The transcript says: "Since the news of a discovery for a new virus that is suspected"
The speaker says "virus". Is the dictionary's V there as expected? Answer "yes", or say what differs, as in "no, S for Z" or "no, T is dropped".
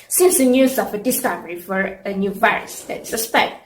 yes